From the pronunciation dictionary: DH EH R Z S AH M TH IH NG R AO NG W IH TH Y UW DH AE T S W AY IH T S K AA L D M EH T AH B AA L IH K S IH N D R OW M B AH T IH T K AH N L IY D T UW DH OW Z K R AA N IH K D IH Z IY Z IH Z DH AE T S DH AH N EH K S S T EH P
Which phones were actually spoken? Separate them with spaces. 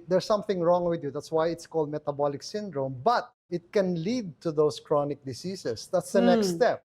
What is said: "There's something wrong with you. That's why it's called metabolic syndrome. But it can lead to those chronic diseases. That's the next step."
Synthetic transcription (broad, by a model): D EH R S AH M TH IH NG R AO NG W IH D Y UW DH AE T S W AY IH T S K AA L D M EH T AH B AA L IH K S IH N D R OW M B AH T IH T K AH N L IY D T UW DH OW S K R AA N IH K D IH S IY S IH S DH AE T S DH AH N EH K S S T EH P